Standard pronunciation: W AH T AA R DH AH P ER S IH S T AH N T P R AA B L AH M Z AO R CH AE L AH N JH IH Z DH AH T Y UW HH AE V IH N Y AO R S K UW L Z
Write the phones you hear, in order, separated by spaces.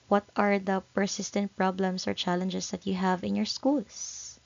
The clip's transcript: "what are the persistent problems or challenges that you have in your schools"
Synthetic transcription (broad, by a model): W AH T AA R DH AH P ER S IH S T AH N T P R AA B L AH M S AO R CH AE L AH N JH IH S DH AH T Y UW HH AE V IH N Y AO R S K UW L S